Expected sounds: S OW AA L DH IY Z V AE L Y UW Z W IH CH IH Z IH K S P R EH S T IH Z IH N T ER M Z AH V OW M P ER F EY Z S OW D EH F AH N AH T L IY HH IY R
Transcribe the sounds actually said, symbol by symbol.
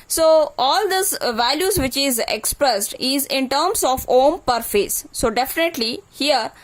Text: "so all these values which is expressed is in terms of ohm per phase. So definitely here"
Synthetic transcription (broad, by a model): S OW AA L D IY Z V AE L Y UW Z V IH CH IH Z IH K S P R EH S T IH Z IH N T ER M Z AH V OW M P ER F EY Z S OW D EH F AH N AH T L IY HH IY R